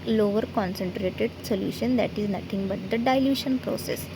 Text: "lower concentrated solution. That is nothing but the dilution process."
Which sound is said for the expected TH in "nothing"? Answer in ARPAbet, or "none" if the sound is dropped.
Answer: T